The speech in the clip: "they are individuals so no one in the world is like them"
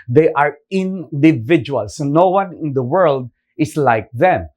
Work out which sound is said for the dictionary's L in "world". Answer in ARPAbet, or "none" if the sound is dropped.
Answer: L